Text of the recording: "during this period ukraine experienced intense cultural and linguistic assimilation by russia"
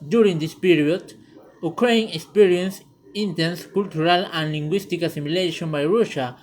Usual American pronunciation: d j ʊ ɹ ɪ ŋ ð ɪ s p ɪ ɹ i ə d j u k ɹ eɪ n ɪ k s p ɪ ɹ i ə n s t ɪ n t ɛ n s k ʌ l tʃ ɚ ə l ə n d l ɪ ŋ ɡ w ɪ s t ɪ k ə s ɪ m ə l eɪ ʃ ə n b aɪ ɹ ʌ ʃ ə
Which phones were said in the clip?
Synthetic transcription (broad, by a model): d j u ɹ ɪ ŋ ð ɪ s p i ɹ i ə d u k ɹ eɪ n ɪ k s p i ɹ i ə n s ɪ n t ɛ n s k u l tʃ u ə l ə n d l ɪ ŋ ɡ w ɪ s t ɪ k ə s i m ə l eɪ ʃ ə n b aɪ ɹ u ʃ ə